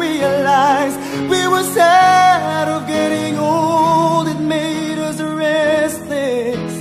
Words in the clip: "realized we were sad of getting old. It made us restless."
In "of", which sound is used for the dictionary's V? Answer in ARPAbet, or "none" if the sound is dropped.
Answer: V